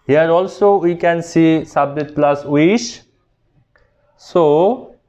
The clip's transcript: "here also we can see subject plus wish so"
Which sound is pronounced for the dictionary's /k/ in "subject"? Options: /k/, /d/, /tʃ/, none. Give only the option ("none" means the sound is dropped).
none